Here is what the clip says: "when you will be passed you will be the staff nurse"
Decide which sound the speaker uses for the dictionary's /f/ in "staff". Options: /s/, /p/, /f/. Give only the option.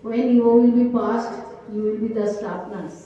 /p/